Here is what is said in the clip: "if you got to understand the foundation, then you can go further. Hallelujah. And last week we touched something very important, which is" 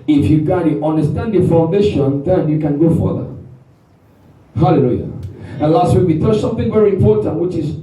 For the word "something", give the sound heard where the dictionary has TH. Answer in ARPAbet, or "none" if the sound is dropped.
TH